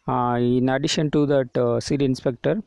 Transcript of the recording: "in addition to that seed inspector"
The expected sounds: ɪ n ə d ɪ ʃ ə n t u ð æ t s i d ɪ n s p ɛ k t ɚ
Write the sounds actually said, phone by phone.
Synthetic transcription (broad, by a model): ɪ n ə d ɪ ʃ ə n t u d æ t s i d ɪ n s p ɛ k t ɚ